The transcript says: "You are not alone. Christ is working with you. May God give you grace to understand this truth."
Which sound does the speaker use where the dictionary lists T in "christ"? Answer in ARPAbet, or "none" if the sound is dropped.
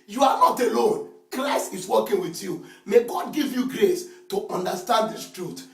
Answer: none